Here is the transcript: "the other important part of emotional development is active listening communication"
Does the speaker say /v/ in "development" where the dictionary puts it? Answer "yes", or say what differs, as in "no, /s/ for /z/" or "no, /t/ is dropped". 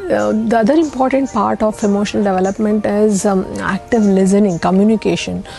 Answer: yes